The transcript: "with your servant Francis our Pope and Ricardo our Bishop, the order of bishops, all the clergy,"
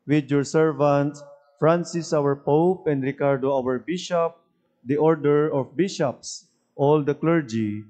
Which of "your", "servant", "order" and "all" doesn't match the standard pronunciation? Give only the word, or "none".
none